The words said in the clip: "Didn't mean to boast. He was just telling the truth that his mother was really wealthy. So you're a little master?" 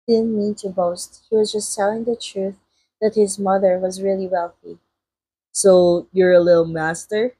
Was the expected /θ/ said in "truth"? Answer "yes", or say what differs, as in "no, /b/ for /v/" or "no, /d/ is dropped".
yes